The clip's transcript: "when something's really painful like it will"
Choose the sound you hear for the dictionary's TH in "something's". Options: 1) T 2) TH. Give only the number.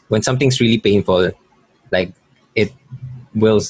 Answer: 1